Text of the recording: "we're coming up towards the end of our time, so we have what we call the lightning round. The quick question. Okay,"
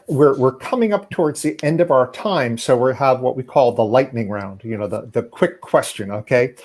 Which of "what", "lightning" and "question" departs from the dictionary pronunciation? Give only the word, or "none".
none